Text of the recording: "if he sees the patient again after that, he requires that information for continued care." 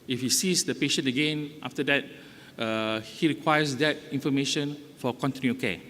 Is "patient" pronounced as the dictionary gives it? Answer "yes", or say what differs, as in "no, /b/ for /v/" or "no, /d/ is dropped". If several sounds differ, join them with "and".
no, /t/ is dropped